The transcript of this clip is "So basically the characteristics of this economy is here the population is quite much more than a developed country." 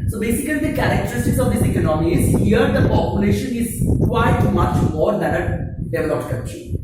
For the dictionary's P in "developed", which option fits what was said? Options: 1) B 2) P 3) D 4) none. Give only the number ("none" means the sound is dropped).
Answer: 4